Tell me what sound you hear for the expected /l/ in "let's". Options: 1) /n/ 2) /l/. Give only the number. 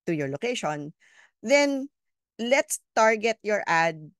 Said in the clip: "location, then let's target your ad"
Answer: 2